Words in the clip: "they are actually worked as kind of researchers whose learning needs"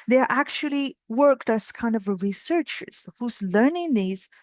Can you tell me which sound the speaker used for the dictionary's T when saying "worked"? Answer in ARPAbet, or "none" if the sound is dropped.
T